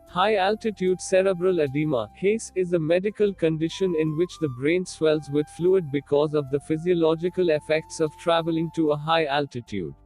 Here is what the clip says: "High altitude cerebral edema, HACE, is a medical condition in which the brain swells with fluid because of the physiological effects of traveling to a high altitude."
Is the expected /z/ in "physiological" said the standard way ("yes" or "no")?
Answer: yes